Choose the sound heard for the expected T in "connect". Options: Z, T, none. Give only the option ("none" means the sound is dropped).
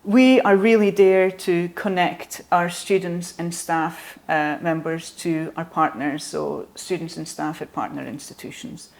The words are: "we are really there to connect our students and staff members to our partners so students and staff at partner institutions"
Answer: T